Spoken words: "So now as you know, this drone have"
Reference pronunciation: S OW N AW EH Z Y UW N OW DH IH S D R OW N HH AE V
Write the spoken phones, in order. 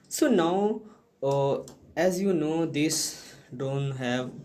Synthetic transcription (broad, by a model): S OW N AW EH Z Y UW N OW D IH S D OW N HH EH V